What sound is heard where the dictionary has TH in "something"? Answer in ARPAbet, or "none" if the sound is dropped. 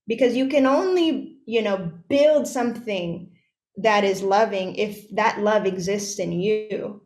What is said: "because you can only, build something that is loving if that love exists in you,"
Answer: TH